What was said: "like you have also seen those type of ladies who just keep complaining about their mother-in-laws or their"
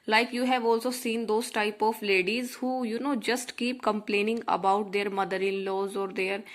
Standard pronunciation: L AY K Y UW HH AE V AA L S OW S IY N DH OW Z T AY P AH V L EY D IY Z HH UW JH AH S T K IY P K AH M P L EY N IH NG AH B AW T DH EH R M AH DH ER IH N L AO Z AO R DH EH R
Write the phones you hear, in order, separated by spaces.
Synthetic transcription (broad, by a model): L AY K Y UW HH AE V AA L S OW S IY N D OW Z T AY P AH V L EY D IY Z HH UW JH AH S T K IY P K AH M P L EY N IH NG AH B AW T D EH R M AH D ER IH N L AO Z AO R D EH R